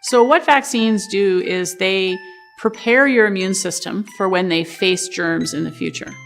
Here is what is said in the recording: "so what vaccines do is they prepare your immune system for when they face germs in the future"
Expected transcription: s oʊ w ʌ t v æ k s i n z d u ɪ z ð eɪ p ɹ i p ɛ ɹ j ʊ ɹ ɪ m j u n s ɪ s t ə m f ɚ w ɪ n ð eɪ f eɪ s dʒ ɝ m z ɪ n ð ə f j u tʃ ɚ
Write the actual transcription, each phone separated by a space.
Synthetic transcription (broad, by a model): s oʊ w ʌ t v æ k s i n z d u ɪ z ð eɪ p ɹ i p ɛ ɹ j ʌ ɹ ɪ m j u n s ɪ s t ə m f ɚ w ɪ n ð eɪ f eɪ s dʒ ɝ m z ɪ n ð ə f j u tʃ ɚ